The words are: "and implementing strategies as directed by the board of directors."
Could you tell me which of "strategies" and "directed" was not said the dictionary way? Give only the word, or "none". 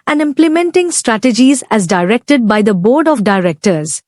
none